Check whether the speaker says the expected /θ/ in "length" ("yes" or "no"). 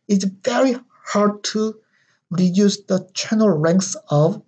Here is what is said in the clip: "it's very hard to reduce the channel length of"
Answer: no